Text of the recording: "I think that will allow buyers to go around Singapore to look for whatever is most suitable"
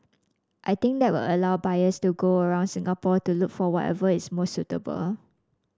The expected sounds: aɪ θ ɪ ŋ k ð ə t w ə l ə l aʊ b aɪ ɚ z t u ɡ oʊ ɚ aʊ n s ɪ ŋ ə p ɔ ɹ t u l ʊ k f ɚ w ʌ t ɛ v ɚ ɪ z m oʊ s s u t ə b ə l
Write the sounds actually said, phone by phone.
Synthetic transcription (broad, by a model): aɪ t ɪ ŋ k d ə t w ə l ə l aʊ b aɪ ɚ s t u ɡ oʊ ɚ aʊ n s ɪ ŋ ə p ɔ t u l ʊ k f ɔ w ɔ t ɛ v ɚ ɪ s m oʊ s s u t ə b ə l